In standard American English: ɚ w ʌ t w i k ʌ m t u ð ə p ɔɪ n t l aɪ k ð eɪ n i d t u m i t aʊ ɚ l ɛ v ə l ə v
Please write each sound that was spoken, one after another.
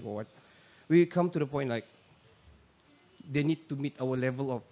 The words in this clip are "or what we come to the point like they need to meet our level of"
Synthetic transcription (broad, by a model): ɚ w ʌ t w i k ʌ m t u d ə p ɔɪ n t l aɪ k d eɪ n i d t u m i t aʊ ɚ l ɛ v ə l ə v